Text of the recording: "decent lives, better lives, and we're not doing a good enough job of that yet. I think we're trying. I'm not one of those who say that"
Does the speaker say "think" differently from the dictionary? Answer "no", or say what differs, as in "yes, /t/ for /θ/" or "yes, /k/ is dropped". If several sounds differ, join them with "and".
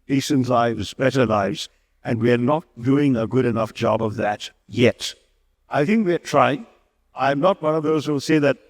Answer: no